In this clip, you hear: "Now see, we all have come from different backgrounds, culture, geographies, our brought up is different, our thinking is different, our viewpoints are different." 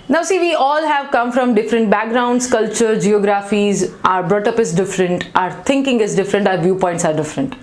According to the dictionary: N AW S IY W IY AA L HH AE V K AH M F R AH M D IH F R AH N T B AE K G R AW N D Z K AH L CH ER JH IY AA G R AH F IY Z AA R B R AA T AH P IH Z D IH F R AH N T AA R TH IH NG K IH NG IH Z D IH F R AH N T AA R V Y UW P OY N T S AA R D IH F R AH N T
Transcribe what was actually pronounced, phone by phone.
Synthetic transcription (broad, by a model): N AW S IY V IY AA L HH AE V K AH M F R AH M D IH F R AH N T B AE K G R AW N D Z K AH L CH ER JH IY AA G R AH F IY Z AA R B R AA T AH P IH Z D IH F R AH N T AA R T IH NG K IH NG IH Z D IH F R AH N T AA R V Y UW P OY N T S AA R D IH F R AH N T